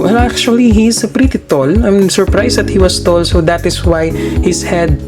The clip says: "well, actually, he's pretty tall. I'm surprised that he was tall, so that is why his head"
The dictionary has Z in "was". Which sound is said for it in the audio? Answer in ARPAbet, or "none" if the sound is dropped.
S